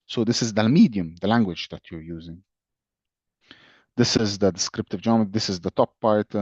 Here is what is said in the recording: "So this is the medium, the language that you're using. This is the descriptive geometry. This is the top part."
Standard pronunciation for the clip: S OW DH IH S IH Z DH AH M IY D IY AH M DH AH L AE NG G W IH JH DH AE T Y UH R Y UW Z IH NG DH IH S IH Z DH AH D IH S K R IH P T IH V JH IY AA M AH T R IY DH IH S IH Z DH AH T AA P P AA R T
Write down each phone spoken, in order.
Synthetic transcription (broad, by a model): S OW DH IH S IH Z DH AH M IY D IY AH M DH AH L AE NG G W IH JH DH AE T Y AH R Y UW Z IH NG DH IH S IH Z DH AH D IH S K R IH P T IH V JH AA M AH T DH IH S IH Z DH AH T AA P P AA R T